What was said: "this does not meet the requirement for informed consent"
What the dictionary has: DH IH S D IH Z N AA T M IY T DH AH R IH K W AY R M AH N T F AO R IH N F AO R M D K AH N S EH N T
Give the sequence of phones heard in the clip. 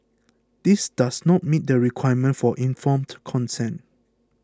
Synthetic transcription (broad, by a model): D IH S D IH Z N AA T M IY T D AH R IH K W AY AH M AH N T F AO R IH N F AO M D K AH N S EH N